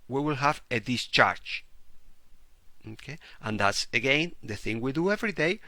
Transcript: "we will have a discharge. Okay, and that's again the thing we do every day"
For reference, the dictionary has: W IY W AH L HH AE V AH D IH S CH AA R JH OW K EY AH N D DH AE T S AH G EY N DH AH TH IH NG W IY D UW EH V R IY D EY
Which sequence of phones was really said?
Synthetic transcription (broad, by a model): W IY W AH L HH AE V AH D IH S CH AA R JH OW K EY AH N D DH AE T S AH G EY N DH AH TH IH NG W IY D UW EH V R IY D EY